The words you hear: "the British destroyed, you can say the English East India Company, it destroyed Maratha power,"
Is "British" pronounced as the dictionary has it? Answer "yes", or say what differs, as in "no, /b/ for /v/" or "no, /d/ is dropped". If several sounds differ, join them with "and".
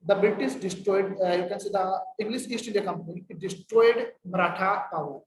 no, /s/ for /ʃ/